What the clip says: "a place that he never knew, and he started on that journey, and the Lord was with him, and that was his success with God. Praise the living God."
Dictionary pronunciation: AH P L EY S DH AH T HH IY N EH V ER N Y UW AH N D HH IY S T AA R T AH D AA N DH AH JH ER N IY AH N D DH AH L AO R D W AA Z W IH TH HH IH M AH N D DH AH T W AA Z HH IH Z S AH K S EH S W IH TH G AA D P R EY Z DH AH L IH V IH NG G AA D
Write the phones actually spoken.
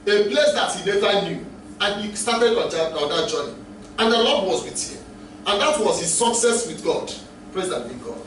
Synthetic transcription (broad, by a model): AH P L EY S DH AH T HH IY L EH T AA N Y UW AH N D HH IY S T AA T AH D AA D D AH JH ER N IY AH N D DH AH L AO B W AA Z W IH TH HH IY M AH N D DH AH T W AA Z HH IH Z S AH K S EH S W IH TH G AA D P R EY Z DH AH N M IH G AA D